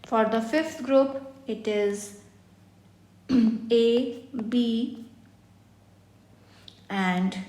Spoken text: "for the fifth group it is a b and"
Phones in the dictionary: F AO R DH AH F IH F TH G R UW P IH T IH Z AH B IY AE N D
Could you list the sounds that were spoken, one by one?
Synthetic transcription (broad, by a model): F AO R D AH F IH F T G R UW P IH T IH Z AH B IY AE N D